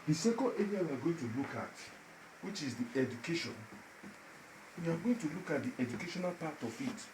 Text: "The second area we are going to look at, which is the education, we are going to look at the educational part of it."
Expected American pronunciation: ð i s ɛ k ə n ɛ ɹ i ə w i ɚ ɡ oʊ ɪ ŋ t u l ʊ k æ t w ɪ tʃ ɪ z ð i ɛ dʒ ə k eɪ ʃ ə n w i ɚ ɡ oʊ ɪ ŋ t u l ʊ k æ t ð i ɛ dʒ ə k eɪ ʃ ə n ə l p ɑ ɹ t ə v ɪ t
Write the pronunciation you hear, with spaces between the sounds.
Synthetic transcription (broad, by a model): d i s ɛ k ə l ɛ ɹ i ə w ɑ ɡ oʊ ɪ ŋ t u l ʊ k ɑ t w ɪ tʃ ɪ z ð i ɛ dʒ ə k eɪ ʃ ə n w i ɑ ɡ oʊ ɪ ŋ t u l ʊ k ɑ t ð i ɛ dʒ ə k eɪ ʃ ə n ə l p ɑ t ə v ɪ t